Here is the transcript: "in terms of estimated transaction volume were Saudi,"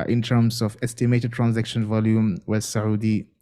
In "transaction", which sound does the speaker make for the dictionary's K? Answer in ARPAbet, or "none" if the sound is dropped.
K